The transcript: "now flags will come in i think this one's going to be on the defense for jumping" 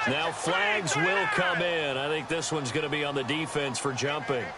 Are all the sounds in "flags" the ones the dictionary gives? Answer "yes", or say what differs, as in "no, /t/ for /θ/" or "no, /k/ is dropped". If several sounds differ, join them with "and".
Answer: yes